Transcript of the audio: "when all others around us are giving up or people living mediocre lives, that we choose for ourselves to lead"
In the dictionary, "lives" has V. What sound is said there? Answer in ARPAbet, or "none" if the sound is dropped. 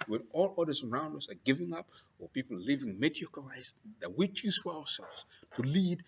none